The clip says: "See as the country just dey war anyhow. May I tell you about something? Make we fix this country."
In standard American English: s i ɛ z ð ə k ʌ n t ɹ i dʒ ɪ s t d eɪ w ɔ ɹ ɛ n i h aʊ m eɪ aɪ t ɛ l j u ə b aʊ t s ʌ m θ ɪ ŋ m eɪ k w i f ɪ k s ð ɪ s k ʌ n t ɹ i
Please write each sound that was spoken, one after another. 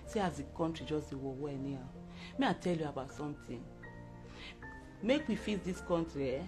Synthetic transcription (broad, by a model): s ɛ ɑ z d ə k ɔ n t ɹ i dʒ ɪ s d eɪ w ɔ w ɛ n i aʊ m eɪ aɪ t ɛ l j u ə b aʊ t s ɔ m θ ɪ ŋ m eɪ k w i f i s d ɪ s k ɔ n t ɹ i